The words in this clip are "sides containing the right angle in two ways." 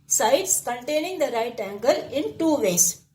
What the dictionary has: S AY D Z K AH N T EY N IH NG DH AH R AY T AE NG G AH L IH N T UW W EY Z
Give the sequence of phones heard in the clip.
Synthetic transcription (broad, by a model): S AY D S K AH N T EY N IH NG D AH R AY T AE NG G AH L IH N T UW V EY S